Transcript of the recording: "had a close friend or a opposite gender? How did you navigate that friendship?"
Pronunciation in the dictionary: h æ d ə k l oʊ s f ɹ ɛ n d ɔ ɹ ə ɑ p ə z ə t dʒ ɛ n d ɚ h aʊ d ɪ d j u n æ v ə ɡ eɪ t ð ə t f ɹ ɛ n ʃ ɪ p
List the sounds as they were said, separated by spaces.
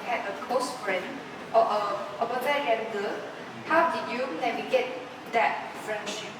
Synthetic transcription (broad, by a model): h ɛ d ə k oʊ s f ɹ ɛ n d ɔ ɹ ə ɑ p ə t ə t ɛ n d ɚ h aʊ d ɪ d j u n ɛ w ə ɡ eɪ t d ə t f ɹ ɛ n ʃ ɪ p